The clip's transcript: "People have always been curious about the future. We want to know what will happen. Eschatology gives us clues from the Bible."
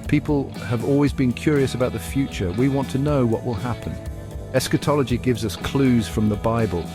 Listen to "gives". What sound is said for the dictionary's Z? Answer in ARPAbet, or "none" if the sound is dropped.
Z